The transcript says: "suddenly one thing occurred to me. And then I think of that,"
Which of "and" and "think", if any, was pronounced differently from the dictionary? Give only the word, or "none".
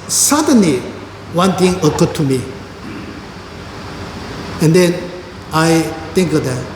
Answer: think